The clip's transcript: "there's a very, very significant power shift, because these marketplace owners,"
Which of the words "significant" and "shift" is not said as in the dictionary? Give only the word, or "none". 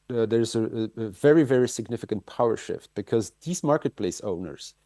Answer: none